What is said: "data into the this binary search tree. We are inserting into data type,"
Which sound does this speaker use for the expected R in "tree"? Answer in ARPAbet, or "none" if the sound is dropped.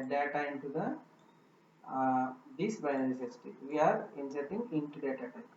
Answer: none